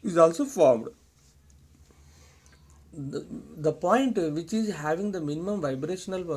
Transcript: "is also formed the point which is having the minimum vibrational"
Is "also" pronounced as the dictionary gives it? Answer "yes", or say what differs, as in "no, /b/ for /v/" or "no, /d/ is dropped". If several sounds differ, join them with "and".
yes